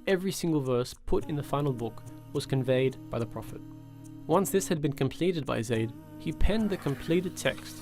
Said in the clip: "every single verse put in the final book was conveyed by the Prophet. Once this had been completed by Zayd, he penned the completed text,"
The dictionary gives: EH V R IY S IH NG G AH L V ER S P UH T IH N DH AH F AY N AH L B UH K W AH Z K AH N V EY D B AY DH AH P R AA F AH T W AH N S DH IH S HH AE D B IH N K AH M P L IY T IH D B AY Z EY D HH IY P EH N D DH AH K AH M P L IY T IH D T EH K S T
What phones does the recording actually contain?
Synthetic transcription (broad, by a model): EH V R IY S IH NG G AH L V ER S P UH T IH N DH AH F AY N L B UH K W AH Z K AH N V EY D B AY DH AH P R AA F AH T W AH N S DH IH S HH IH D B IH N K AH M P L IY T IH D B AY Z EY D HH IY P EH N DH AH K AH M P L IY T IH D T EH K S T